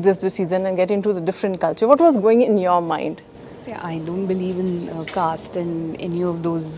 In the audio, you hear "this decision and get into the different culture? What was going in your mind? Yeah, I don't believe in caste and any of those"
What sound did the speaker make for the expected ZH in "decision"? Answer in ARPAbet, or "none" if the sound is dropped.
Z